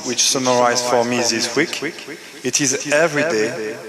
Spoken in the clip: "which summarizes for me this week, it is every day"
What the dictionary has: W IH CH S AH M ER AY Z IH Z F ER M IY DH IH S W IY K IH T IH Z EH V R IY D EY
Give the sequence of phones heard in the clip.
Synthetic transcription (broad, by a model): W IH CH S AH M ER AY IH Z F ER M IY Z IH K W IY K IH T IH Z EH V R IY D EY